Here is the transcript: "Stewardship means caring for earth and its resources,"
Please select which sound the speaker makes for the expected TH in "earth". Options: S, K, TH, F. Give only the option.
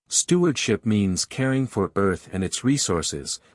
TH